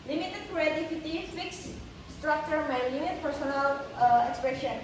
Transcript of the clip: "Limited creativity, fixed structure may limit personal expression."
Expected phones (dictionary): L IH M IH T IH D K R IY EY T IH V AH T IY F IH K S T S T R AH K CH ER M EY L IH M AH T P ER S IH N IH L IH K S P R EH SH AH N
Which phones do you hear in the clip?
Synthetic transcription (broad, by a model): L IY M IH T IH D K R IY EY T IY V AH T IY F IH K S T S T R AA K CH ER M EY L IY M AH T P ER S IH N IH L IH K S P R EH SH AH N